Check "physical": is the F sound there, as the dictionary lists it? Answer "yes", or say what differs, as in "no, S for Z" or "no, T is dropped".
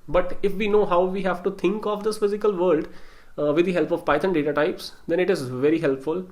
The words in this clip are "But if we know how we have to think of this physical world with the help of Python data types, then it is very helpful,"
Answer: yes